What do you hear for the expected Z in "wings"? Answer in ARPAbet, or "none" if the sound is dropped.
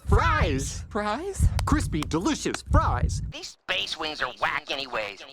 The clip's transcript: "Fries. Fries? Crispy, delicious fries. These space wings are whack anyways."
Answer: Z